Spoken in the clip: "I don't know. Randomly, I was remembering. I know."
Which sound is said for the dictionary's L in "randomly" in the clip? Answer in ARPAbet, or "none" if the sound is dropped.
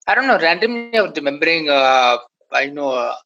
none